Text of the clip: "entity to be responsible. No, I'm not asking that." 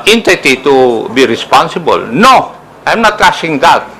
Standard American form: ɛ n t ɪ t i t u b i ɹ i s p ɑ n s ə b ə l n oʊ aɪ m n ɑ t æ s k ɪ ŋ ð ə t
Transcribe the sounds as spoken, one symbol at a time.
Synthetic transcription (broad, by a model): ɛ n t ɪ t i t u b i ɹ i s p ɑ n s ə b ə l n oʊ aɪ m n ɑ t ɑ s ɪ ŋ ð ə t